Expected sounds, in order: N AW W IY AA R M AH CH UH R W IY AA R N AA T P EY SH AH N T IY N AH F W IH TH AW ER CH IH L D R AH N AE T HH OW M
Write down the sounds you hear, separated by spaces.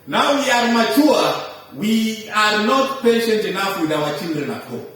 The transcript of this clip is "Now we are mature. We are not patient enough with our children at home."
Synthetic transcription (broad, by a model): N AW W IY AA R M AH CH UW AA W IY AA R N AA T P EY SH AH N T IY N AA F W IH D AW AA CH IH N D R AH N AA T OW